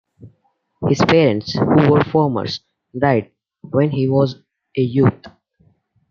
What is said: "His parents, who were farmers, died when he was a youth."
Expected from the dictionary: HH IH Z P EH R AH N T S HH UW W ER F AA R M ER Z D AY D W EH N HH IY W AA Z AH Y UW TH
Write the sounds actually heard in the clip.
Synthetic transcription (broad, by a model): HH IH Z P EH R AH N T S HH UW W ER F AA R M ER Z D AY D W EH N HH IY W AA Z AH Y UW T